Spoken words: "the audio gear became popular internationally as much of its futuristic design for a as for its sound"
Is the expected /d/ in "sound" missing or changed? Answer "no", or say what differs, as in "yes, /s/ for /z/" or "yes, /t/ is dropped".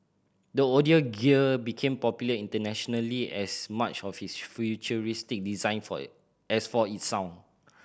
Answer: yes, /d/ is dropped